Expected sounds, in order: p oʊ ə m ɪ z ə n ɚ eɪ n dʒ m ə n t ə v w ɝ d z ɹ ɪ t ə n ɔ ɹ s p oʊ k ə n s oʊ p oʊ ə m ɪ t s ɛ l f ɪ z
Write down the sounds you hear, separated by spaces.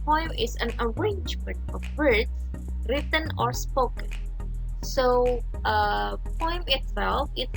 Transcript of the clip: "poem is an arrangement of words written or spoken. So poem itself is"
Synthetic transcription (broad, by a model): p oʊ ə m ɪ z ə n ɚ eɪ n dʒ m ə n t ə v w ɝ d s ɹ ɪ t ə n ɔ ɹ s p oʊ k ə n s oʊ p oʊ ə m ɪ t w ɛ l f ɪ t